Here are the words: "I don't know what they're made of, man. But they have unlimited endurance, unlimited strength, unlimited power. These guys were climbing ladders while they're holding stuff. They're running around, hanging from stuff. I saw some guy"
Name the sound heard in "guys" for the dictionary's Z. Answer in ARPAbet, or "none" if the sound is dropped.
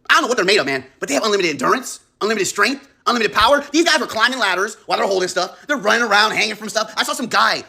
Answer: Z